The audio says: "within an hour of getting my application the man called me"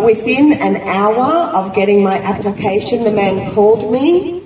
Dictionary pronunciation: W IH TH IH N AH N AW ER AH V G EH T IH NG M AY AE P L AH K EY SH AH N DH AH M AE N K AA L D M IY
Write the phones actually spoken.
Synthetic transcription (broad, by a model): W IH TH IH N AH N AW ER AH V G EH T IH NG M AY AE P L AH K EY SH AH N DH AH M AE N K AA L D M IY